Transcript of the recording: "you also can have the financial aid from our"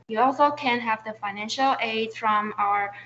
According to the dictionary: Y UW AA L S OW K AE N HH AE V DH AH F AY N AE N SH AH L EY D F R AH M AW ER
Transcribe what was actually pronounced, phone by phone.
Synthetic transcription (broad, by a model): Y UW AA L S OW K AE N HH AE V DH AH F AY N AE N SH AH L EY D F R AH M AW ER